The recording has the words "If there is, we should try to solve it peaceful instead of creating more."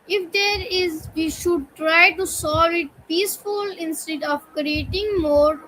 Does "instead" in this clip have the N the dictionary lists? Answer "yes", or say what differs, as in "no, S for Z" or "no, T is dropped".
yes